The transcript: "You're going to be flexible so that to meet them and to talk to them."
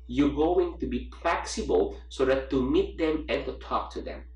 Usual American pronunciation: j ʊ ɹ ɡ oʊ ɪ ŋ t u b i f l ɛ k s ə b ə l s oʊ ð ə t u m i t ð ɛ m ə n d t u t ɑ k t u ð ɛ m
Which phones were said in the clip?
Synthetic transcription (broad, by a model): j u ɡ oʊ ɪ ŋ t u b i p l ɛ k s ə b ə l s oʊ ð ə t u m i t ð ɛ m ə n t u t ɑ k t u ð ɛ m